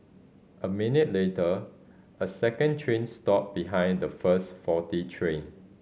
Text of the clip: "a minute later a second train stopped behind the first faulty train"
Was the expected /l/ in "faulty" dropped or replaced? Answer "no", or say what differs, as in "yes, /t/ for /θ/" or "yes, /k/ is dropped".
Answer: yes, /l/ is dropped